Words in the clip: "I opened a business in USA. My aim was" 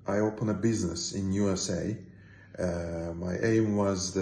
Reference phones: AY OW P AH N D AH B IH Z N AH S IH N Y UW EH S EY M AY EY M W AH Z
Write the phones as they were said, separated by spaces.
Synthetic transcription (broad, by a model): AY OW P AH N AH B IH Z N AH S IH N Y UW EH S EY M AY EY M W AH Z